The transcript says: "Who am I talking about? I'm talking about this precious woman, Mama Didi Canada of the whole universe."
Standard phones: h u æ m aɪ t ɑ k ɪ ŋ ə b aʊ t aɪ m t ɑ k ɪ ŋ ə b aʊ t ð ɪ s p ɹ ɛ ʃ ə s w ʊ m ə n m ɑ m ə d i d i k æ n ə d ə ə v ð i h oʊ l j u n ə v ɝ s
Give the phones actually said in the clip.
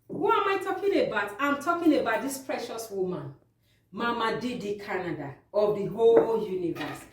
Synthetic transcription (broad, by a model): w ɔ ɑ m aɪ t ɑ k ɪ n ə b aʊ t aɪ m t ɑ k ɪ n ə b aʊ t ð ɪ s p ɹ ɛ ʃ ə s w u m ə n m ɑ m ə d i d i k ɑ n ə d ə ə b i h oʊ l j u n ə v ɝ s